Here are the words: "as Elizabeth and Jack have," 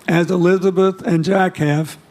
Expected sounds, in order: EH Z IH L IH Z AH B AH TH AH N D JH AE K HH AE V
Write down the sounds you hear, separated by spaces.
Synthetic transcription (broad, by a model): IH Z IH L IH Z AH B AH TH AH N JH AE K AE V